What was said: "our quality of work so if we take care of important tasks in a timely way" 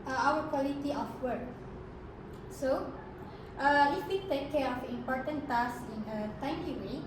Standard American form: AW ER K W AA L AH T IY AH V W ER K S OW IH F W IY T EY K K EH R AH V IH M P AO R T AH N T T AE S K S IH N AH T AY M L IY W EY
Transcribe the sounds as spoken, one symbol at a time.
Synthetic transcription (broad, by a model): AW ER K W AA L AH T IY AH F W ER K S OW IH F W IY T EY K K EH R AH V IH M P AO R T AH N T T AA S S IH N AH T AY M IY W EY